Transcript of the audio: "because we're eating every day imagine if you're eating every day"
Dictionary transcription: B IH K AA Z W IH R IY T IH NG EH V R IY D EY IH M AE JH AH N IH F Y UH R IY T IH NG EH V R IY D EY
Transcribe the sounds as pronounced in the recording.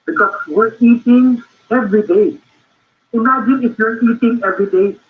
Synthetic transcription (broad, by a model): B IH K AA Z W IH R IY T IH NG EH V R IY D EY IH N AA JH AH IH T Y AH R IY T IH NG EH V R IY D EY